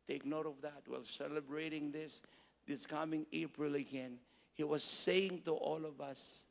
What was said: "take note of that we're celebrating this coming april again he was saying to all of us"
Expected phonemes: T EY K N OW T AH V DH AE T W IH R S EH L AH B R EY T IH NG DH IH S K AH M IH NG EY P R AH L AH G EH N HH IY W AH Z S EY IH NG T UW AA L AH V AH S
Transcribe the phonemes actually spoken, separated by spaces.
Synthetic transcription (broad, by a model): T EY K N OW T AH V DH AE T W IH L S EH L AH B R EY T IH NG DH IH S K AH M IH NG EY P R AH L AH G EH N HH IY W AH Z S EY IH NG T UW AA L AH V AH S